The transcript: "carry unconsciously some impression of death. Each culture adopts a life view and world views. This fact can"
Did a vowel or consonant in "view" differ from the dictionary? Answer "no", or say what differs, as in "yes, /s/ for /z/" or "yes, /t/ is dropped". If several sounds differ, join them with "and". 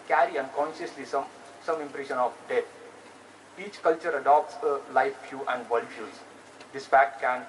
yes, /f/ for /v/